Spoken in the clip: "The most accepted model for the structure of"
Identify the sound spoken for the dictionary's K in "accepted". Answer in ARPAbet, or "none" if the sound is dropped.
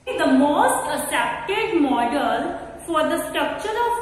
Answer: none